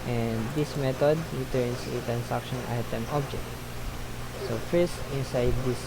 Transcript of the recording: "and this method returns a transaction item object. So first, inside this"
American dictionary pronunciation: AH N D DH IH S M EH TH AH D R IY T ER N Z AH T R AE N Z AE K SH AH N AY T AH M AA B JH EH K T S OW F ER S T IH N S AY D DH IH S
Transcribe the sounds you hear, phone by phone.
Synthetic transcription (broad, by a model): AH N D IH S M EH T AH D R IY T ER N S T R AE N S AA K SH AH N AY T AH M AA B JH EH K T S OW F ER S T IH N S AY D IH S